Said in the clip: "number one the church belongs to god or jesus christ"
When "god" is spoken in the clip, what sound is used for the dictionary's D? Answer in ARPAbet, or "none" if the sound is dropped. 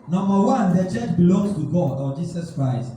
D